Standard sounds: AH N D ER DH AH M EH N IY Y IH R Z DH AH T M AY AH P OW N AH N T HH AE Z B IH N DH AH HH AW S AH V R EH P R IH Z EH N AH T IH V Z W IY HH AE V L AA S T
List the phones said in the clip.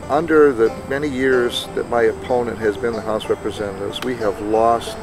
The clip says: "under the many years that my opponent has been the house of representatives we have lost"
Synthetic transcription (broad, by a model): AH N D ER DH AH M EH N IY Y IH R Z DH AH T M AY AH P OW N AH N T HH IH Z B IH N DH AH HH AW S R EH P R IH Z EH N AH T IH V Z W IY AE V L AA S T